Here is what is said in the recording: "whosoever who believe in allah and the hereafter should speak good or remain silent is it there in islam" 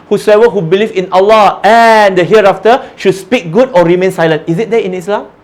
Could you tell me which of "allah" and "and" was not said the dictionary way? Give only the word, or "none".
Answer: none